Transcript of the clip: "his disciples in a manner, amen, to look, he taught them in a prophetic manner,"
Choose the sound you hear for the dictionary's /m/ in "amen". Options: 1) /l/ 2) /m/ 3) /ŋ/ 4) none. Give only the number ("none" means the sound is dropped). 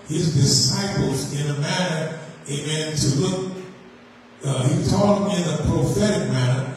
4